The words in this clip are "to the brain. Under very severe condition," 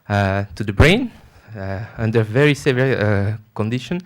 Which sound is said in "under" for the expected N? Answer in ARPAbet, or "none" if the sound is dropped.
N